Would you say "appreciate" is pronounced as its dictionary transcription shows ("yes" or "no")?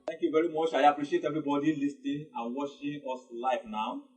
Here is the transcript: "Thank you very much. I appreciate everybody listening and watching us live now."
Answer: yes